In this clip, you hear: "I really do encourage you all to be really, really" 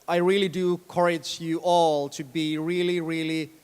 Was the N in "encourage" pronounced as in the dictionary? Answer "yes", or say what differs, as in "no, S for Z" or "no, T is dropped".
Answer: no, N is dropped